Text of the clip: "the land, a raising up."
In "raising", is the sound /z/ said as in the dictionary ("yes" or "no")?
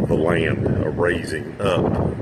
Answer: yes